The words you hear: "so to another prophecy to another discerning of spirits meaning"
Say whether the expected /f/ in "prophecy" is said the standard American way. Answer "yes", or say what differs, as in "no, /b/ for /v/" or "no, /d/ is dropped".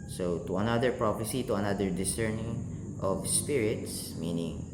no, /p/ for /f/